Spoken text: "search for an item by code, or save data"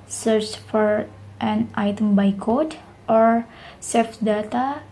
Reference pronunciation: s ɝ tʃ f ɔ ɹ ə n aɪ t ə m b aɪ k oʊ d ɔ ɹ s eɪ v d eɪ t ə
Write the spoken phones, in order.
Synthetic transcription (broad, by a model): s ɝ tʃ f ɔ ɹ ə n aɪ t ə m b aɪ k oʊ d ɔ ɹ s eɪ f d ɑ t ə